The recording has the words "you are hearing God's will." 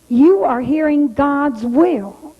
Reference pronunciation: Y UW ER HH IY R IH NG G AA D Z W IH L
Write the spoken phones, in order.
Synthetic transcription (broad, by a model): Y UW ER HH IY R IH NG G AA D Z W IH L